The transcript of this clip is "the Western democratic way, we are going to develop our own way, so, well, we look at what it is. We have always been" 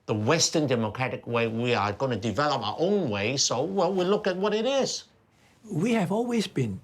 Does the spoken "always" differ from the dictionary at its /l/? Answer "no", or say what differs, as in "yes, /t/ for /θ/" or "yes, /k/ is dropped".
no